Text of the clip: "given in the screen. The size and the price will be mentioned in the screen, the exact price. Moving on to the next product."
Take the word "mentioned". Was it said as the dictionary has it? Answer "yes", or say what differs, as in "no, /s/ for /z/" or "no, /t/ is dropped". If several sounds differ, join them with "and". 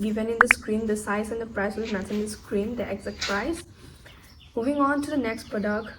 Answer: no, /ʃ/ is dropped